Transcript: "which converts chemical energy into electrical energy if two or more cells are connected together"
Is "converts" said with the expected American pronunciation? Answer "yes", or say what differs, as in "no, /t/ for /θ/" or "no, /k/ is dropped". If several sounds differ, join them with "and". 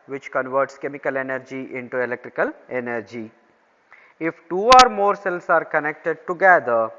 yes